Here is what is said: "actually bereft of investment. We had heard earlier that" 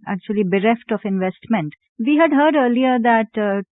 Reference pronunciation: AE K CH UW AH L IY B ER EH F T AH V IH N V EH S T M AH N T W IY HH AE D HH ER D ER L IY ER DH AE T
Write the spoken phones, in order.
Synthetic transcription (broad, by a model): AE K CH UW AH L IY B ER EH F T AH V IH N V EH S T M AH N T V IY HH AE D HH ER D ER L IY ER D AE T